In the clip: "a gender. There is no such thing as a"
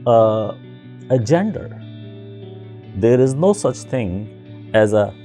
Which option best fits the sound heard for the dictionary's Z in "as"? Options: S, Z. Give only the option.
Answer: Z